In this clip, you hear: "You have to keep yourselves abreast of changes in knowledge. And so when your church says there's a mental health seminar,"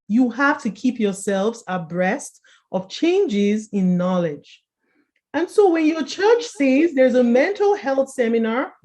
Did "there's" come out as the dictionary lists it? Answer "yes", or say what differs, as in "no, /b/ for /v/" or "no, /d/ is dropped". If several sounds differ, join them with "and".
yes